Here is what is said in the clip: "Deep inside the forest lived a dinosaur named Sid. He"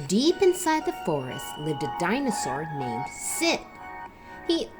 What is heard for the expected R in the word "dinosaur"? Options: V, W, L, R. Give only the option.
R